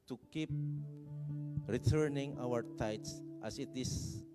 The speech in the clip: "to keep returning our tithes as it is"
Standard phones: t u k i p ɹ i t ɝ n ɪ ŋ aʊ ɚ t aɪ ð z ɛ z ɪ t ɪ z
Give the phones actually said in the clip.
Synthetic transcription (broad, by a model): t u k i p ɹ i t ɝ n ɪ ŋ aʊ ɚ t aɪ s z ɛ s ɪ t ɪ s